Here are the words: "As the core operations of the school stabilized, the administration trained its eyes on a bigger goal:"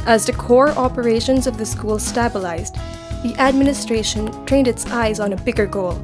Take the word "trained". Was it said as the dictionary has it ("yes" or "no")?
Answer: yes